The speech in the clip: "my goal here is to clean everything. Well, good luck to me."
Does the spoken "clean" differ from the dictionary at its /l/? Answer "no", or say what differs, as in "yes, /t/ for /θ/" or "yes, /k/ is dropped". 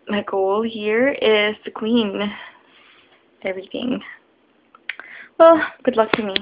yes, /w/ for /l/